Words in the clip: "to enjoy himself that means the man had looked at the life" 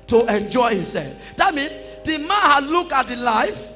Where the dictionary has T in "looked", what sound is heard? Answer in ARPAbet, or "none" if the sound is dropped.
none